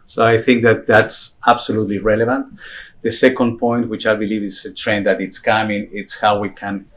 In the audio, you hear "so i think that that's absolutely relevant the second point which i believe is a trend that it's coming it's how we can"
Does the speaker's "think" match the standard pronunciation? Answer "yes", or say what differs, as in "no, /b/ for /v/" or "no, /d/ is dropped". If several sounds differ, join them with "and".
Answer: yes